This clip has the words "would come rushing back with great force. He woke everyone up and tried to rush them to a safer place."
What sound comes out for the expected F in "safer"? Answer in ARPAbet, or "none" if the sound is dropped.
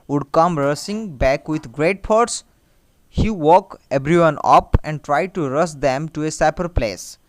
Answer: P